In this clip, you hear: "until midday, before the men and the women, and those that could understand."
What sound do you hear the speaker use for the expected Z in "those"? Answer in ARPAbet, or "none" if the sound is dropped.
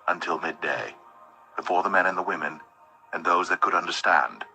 Z